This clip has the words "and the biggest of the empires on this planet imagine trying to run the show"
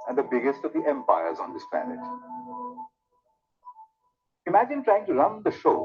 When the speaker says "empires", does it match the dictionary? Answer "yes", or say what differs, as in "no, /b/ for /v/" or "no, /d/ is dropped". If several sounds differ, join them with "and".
yes